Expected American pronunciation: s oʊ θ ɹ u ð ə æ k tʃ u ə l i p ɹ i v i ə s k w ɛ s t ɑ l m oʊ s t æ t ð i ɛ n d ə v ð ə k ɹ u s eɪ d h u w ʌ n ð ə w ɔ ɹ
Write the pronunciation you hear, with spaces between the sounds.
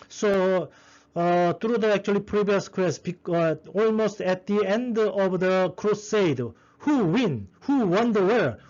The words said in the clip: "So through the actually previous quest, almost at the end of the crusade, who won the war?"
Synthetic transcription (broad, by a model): s oʊ t ɹ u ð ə æ k tʃ u ə l i p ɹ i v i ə s k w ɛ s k ɑ l m oʊ s t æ t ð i ɛ n d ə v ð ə k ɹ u s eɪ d h u w ʌ n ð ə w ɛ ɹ